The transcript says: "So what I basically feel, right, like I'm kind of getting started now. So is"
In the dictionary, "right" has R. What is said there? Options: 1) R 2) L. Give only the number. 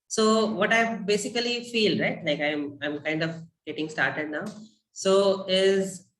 1